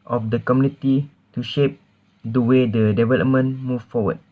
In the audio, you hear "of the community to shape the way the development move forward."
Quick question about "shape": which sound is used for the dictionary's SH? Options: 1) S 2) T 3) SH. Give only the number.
3